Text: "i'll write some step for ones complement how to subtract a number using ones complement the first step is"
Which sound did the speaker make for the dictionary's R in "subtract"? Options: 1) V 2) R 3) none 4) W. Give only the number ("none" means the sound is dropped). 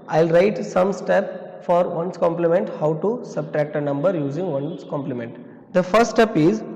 2